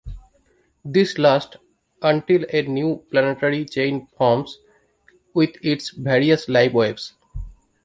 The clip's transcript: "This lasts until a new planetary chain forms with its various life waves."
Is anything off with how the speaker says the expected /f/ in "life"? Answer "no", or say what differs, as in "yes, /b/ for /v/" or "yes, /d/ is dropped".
yes, /p/ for /f/